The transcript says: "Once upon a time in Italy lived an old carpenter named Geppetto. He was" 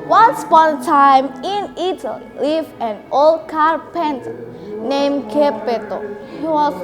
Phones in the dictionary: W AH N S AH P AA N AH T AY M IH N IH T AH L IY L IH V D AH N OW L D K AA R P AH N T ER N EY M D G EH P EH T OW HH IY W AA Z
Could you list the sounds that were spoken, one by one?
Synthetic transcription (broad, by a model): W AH N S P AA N T AY M IH N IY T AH L IY L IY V AH N OW L D K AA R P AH N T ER N EY M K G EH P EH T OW HH IY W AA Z